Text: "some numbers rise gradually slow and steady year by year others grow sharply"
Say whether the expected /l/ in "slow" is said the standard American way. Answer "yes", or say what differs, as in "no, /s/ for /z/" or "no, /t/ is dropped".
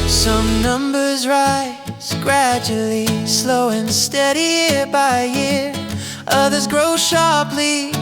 yes